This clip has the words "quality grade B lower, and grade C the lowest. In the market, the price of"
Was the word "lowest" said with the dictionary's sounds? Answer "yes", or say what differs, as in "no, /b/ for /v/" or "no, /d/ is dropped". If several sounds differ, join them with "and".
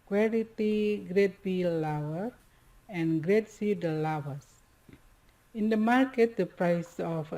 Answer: no, /t/ is dropped